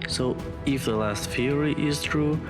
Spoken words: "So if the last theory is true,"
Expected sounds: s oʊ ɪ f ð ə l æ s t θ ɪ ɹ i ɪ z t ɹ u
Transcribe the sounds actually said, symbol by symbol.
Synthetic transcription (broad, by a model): s oʊ ɪ f ð ə l æ s t f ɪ ɹ i ɪ z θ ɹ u